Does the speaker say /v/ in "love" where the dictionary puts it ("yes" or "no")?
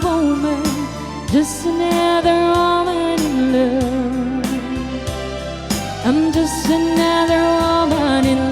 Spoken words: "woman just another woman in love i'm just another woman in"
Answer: no